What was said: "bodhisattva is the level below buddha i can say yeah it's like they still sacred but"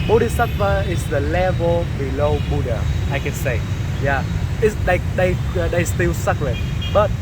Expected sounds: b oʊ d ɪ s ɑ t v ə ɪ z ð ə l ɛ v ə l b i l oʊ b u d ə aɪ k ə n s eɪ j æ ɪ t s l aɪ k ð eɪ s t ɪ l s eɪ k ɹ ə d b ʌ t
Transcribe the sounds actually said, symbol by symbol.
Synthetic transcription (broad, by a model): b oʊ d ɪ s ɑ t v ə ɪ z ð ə l ɛ v ə l b i l oʊ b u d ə aɪ k ə n s eɪ j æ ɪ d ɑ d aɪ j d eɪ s t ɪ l s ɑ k l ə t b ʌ t